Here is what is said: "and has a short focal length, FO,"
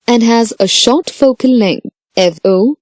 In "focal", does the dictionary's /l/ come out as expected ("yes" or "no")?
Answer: no